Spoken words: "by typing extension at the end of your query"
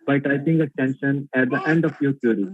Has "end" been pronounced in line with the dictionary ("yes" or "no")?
yes